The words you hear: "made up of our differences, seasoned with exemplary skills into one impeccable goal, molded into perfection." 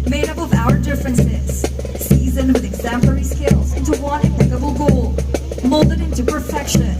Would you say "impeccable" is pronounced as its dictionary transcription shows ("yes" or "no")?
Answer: no